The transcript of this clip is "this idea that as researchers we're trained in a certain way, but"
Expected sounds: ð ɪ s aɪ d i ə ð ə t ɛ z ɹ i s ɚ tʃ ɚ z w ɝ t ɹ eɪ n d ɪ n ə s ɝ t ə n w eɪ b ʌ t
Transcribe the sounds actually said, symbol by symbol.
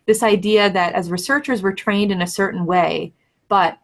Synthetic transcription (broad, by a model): ð ɪ s aɪ d i ə ð ə t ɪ z ɹ i s ɚ tʃ ɚ z w ɝ t ɹ eɪ n d ɪ n ə s ɝ t n w eɪ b ʌ t